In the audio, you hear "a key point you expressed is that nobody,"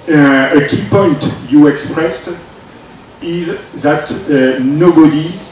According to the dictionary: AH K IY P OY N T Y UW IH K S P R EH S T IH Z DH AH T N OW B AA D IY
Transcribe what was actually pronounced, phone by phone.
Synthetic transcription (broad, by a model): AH K IY P OY N T Y UW IH K S P R EH S T IH Z DH AH T N OW B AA D IY